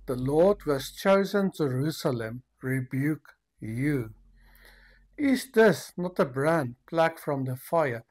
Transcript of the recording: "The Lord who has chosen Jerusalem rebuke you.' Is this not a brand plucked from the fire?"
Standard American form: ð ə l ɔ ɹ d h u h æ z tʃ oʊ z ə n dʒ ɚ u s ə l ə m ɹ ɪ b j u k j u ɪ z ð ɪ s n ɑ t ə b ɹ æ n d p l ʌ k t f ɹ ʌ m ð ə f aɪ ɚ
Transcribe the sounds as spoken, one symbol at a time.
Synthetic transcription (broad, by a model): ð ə l ɔ ɹ d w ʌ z tʃ oʊ z ə n dʒ ɚ u s ə l ə m ɹ ɪ b j u k j u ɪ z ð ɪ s n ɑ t ə b ɹ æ n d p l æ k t f ɹ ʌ m ð ə f aɪ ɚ